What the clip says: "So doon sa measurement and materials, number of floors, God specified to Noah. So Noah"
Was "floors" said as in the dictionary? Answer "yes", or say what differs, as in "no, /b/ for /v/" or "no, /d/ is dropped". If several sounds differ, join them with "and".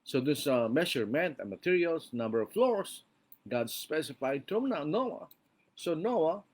no, /s/ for /z/